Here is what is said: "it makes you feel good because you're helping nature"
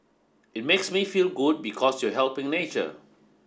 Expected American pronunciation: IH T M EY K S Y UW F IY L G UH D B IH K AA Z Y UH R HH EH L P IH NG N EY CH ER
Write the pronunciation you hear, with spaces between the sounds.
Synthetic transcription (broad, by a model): IH T M EY K S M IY F IY L G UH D B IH K AA S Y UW HH EH L P IH NG N EY CH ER